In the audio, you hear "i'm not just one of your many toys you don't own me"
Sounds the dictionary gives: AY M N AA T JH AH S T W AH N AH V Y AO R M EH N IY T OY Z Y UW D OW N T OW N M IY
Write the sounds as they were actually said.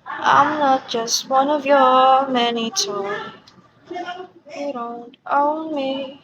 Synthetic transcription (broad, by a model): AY M N AA T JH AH S T W AH N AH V Y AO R M EH N IY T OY Y UW D OW N T OW N M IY